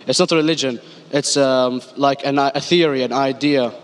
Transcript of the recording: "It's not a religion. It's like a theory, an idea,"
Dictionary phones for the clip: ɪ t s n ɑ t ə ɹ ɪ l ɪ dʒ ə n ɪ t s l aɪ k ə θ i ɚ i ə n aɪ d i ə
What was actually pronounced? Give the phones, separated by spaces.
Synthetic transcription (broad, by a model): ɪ t s n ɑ t ə ɹ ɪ l ɪ dʒ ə n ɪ t s l aɪ k ə θ i ɚ i ə n aɪ d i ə